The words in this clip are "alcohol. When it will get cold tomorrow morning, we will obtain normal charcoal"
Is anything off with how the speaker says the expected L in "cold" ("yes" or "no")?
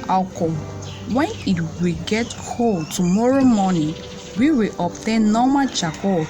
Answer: no